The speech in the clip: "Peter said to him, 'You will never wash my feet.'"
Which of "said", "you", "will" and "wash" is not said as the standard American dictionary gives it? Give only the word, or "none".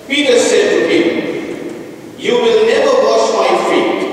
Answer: wash